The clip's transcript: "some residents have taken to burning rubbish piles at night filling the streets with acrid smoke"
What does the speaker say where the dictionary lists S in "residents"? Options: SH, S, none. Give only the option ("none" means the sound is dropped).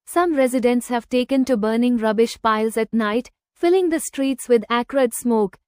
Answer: S